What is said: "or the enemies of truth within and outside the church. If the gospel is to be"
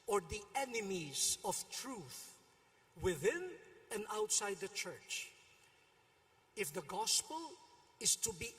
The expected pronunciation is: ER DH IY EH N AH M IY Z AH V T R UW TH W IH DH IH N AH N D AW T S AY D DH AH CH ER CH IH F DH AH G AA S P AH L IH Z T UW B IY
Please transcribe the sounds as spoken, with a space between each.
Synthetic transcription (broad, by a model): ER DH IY EH N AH M IY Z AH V T R UW TH W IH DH IH N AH N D AW T S AY D DH AH CH ER CH IH F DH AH G AA S P AH L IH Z T UW B IY